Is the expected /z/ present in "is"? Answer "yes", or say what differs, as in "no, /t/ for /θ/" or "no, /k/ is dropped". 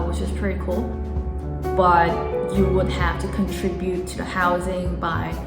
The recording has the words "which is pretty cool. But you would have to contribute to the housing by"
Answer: no, /s/ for /z/